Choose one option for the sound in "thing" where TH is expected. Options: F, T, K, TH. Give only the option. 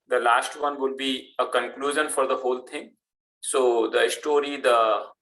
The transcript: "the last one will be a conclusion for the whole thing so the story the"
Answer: T